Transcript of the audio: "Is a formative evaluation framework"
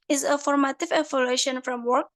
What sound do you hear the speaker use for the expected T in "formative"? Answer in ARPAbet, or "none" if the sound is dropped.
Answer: T